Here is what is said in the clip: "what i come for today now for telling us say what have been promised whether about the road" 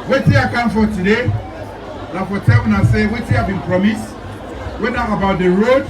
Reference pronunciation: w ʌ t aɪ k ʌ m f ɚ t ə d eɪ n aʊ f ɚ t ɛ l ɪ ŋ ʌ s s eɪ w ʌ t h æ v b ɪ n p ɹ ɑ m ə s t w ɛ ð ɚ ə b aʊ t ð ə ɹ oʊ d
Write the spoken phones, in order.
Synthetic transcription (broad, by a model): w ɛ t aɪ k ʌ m f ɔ t ə d eɪ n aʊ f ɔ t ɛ w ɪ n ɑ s s eɪ w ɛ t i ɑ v b ɪ n p ɹ ɑ m ə s t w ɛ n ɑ ə b aʊ t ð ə ɹ oʊ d